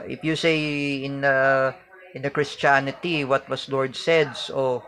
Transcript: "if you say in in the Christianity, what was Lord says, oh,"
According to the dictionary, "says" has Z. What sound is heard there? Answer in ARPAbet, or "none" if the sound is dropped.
S